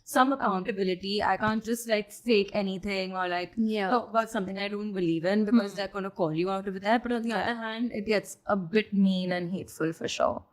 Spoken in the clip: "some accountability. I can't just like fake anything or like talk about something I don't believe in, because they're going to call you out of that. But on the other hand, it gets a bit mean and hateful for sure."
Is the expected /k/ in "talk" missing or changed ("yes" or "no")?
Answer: yes